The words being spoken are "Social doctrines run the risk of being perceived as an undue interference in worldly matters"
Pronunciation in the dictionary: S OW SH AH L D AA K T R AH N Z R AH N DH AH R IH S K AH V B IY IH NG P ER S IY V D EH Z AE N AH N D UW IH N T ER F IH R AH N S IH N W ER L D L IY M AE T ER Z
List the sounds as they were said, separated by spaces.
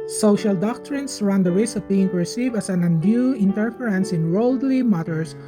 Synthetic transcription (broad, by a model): S OW SH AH L D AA K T R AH N S R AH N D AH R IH S AH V B IY IH NG P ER S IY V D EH S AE N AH N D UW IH N T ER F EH R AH N S IH N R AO L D L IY M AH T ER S